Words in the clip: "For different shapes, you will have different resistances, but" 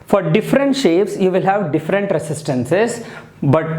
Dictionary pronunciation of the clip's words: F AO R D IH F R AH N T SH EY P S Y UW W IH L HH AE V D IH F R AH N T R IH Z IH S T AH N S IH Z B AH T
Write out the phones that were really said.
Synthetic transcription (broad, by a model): F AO R D IH F R AH N T SH EY P S Y UW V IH L HH AE V D IH F R AH N T R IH S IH S T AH N S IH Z B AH T